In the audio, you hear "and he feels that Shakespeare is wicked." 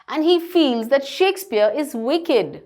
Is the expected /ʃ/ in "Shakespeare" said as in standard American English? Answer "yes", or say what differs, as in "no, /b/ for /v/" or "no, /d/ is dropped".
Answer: yes